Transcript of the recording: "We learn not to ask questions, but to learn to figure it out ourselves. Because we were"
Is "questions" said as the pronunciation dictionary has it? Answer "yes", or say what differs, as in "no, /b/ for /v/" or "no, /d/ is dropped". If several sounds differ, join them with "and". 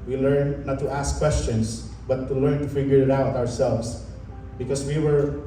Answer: no, /s/ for /z/